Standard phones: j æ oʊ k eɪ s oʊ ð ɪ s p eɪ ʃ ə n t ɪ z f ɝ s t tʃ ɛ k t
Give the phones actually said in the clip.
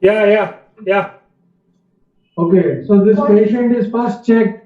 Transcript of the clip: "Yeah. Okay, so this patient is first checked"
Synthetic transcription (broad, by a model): j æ oʊ k eɪ s oʊ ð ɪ s p eɪ ʃ ə n t ɪ z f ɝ s t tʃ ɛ k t